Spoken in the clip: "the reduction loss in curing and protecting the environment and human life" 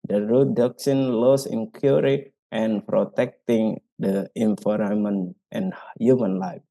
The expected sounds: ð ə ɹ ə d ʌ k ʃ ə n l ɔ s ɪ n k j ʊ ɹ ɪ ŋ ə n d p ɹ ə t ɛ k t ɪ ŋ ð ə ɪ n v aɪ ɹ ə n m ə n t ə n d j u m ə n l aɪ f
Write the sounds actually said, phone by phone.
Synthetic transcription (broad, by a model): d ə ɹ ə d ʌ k s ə n l ɔ s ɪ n k j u ɹ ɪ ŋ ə n p ɹ ə t ɛ k t ɪ ŋ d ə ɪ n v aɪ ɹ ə m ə n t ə n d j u m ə n l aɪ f